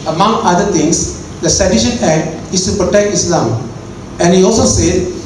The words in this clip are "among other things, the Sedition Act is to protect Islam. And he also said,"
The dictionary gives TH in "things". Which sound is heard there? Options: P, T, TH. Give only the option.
T